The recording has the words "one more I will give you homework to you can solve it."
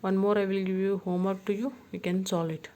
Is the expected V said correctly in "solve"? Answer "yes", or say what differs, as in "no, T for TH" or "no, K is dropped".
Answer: no, V is dropped